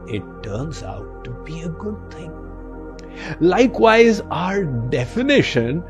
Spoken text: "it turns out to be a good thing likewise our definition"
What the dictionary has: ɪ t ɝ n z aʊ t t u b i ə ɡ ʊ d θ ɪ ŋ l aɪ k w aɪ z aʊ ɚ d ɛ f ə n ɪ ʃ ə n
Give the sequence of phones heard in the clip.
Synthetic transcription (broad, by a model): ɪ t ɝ n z aʊ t t u b i ə ɡ ʊ d t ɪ ŋ l aɪ k w aɪ z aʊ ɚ d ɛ f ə n ɪ ʃ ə n